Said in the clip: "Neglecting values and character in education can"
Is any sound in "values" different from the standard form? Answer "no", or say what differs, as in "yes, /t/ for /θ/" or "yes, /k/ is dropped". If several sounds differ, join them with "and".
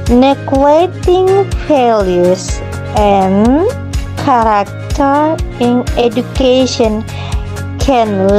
yes, /f/ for /v/ and /s/ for /z/